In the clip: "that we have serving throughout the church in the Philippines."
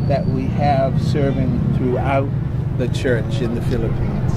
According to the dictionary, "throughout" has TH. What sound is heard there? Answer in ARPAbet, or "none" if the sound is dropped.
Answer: TH